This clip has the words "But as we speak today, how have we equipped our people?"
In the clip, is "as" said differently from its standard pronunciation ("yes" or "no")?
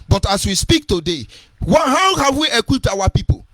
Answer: yes